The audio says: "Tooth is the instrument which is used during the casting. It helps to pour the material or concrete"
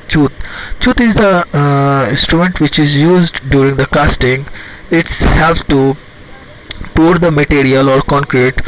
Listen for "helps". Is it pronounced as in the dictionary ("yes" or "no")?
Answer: no